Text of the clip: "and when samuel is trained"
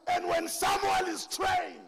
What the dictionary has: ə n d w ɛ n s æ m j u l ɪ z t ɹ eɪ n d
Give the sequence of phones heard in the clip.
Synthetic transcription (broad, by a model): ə n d w ɛ n s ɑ m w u n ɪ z t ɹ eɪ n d